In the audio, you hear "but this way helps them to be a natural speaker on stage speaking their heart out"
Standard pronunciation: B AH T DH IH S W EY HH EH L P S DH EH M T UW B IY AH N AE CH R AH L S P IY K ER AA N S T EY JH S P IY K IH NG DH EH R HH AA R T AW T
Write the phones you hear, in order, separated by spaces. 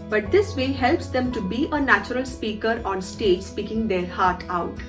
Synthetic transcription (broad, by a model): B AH T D IH S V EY HH EH L P S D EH M T UW B IY AH N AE CH R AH L S P IY K ER AA N S T EY JH S P IY K IH NG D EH R HH AA R T AW T